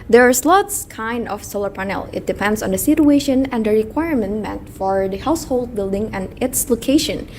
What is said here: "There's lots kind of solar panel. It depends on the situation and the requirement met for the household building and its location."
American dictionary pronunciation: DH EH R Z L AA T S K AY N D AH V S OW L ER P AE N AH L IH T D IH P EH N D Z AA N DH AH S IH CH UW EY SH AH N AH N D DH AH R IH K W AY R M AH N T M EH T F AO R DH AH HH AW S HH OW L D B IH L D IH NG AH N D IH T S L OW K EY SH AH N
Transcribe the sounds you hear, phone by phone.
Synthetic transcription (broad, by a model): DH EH R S L AA T S K AY N D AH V S OW L ER P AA N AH L IH T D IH P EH N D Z AA N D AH S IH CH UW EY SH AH N AH N D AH R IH K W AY R M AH N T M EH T F AO R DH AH HH AW S HH OW L D B IH L D IH NG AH N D IH T S L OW K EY SH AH N